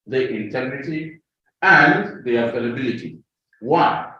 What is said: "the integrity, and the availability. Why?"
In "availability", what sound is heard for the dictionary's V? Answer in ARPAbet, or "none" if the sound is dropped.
F